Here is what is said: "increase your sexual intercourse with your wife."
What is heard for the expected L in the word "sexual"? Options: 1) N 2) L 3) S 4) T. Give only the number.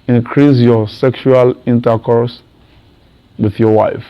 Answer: 2